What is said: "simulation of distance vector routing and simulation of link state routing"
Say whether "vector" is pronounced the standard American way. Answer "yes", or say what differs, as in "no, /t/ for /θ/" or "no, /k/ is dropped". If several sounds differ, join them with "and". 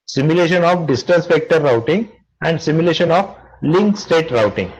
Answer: no, /p/ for /v/